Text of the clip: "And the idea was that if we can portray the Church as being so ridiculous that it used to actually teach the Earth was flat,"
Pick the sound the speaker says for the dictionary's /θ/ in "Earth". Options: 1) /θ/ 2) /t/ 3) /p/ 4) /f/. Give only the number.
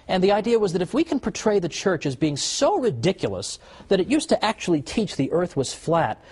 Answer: 1